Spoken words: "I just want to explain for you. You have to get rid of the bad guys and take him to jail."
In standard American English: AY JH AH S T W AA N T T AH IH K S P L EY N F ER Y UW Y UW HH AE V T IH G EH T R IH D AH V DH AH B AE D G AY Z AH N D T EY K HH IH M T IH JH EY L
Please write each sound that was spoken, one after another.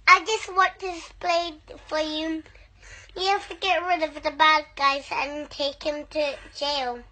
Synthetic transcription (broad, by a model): AY JH AH S T W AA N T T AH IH S P L EY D F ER Y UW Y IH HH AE F T IH G EH T R IH D AH V DH AH B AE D G AY Z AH N T EY K HH IH M T IH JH EY L